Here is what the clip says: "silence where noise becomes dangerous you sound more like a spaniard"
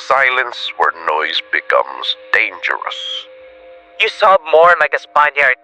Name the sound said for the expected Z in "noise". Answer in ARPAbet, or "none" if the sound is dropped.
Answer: Z